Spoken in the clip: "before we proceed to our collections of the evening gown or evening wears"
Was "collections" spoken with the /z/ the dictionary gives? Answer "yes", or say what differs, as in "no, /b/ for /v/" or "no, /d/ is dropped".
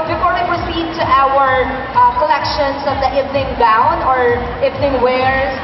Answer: no, /s/ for /z/